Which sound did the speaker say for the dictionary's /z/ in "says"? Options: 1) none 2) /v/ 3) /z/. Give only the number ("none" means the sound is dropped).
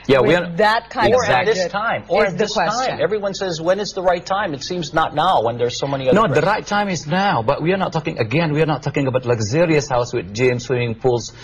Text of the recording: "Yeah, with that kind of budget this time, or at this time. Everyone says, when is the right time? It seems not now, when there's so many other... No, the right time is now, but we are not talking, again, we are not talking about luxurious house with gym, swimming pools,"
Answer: 3